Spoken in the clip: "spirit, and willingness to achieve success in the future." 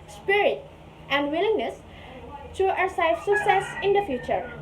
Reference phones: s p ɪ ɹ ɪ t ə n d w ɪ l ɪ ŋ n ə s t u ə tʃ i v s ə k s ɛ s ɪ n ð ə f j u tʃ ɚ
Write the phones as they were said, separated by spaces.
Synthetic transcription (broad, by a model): s p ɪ ɹ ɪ t ə n d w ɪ l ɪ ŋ n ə s t u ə s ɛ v s ə k s ɛ s ɪ n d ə f j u tʃ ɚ